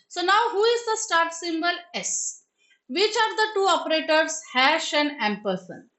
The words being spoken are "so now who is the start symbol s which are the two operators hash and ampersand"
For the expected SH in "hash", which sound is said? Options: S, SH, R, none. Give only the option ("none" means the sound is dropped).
SH